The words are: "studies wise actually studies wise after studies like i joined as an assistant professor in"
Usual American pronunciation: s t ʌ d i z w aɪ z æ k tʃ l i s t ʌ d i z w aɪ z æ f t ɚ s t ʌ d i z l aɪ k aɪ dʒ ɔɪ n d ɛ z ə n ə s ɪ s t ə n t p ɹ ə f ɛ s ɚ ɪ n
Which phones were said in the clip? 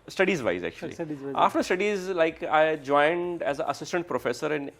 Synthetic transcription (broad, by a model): s t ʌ d i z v aɪ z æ k tʃ i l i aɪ f t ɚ s t ʌ d i z l aɪ k aɪ dʒ ɔɪ n d ɛ z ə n ə s ɪ s t ə n t p ɹ ə f ɛ s ɚ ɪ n